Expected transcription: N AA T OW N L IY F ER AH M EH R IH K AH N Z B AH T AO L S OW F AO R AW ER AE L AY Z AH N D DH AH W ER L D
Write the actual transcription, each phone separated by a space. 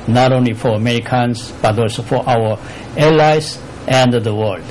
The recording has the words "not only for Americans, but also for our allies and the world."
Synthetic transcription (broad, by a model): N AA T OW N L IY F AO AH M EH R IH K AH N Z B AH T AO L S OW F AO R AW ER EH L AY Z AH N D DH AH W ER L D